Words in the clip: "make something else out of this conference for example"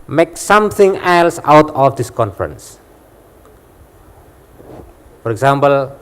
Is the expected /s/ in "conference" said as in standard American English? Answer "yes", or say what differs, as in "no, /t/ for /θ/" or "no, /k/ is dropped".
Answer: yes